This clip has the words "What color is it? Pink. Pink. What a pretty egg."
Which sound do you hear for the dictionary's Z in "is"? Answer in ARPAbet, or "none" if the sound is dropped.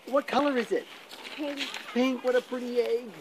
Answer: Z